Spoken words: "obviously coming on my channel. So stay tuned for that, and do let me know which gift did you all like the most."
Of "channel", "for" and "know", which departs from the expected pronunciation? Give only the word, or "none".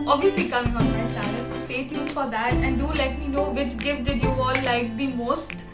channel